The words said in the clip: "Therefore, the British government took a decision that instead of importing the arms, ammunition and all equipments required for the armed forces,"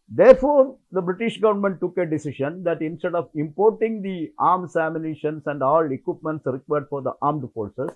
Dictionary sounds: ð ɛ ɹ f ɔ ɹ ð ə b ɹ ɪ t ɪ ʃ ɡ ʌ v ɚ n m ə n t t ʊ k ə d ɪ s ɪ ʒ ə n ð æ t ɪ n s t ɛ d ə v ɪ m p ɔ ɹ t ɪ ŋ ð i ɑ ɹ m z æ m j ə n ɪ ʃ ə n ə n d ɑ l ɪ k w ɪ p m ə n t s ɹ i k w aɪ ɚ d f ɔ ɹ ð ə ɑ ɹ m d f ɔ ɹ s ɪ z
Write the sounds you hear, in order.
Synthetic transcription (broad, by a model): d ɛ ɹ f ɔ ɹ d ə b ɹ ɪ t ɪ ʃ ɡ ʌ v ɚ n m ə n t t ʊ k ə d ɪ s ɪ ʃ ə n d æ t ɪ n s t ɛ d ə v ɪ m p ɔ ɹ t ɪ ŋ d i ɑ ɹ m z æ m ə n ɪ ʃ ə n ə n d ɑ l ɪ k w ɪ p m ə n t s ɹ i k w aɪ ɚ d f ɔ ɹ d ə ɑ ɹ m d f ɔ ɹ s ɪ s